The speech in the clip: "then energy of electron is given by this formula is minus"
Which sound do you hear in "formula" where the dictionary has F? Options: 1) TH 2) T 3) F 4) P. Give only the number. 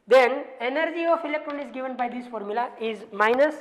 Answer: 3